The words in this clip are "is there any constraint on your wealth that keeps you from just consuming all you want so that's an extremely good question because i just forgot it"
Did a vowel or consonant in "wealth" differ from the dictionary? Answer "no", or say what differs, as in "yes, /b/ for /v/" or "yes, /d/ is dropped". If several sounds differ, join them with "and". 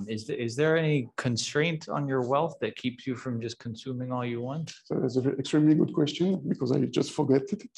no